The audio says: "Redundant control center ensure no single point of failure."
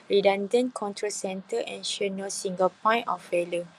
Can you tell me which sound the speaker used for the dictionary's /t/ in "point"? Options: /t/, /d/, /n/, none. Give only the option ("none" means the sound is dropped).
none